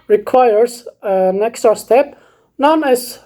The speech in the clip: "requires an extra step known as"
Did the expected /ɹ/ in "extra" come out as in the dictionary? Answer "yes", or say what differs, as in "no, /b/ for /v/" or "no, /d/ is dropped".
no, /ɹ/ is dropped